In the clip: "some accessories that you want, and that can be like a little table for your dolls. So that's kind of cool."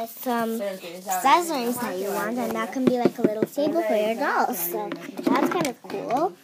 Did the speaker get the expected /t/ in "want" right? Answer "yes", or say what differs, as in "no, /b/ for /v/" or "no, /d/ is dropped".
yes